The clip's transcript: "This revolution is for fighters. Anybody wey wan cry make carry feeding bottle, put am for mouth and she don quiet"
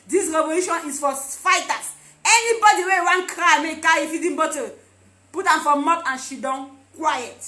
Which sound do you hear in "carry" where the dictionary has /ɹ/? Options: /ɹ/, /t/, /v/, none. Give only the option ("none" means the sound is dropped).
none